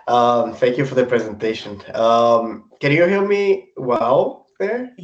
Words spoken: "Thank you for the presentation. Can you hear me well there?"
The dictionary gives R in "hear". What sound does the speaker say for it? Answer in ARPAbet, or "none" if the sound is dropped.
L